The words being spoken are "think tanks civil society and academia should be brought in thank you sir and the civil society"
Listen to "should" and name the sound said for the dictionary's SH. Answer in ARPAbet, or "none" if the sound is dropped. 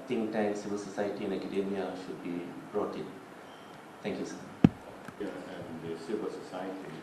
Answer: SH